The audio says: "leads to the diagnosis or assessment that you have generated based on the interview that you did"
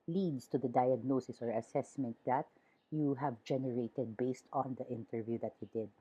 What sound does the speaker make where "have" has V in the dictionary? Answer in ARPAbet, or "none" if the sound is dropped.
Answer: V